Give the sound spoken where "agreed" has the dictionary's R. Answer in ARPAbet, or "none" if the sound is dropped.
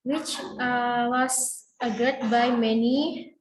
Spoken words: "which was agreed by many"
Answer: none